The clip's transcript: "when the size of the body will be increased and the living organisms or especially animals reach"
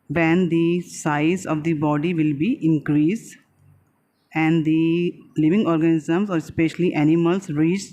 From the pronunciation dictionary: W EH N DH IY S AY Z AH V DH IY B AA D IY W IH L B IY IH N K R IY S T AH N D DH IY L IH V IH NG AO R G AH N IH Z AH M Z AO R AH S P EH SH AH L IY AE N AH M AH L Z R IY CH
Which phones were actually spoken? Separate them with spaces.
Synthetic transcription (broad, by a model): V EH N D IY S AY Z AH V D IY B AA D IY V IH L B IY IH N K R IY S AH N D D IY L IH V IH NG AO R G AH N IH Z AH M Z AO R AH S P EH SH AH L IY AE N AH M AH L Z R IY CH